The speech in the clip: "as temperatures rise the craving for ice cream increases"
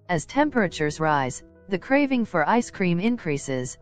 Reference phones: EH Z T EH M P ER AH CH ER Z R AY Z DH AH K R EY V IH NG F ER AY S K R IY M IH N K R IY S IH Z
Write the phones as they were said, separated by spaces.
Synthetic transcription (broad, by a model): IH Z T EH M P ER AH CH ER Z R AY Z DH AH K R EY V IH NG F ER AY S K R IY M IH N K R IY S IH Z